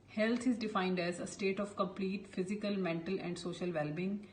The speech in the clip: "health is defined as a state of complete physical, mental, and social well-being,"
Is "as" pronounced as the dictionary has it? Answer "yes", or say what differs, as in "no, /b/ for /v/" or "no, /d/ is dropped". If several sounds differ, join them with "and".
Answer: yes